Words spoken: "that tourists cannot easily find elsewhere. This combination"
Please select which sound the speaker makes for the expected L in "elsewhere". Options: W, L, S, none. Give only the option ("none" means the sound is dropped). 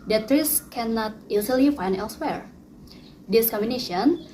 L